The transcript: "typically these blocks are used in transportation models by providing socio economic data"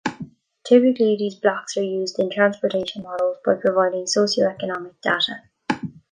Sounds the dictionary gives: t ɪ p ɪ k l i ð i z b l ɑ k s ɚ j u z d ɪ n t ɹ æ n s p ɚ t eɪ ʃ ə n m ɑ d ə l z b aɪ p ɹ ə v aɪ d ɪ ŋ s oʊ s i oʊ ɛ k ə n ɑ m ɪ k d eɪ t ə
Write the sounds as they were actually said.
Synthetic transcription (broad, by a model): t ɪ p ɪ k l i ð i z b l ɑ k s ɚ j u z d ɪ n t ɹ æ n s p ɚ t eɪ ʃ ə n m ɑ d ə l z b aɪ p ɹ ə v aɪ d ɪ ŋ s oʊ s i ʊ ɛ k ə n ɑ m ɪ k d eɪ t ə